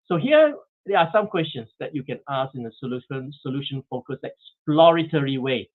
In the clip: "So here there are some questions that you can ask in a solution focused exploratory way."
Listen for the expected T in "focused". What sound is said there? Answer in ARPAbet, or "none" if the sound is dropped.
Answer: none